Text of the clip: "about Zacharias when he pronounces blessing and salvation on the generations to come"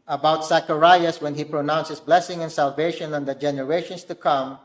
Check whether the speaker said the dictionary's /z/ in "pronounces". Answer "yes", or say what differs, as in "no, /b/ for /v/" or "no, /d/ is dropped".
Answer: no, /s/ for /z/